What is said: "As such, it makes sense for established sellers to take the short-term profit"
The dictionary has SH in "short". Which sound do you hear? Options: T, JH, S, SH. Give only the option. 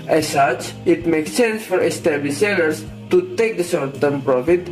S